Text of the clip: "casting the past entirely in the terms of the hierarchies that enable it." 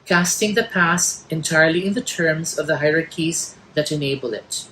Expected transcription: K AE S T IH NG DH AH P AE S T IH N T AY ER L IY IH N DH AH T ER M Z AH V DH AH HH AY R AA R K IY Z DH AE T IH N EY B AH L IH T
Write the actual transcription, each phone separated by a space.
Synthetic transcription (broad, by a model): K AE S T IH NG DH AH P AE S IH N T AY ER L IY IH N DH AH T ER M Z AH V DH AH HH AY R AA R K IY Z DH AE T IH N EY B AH L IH T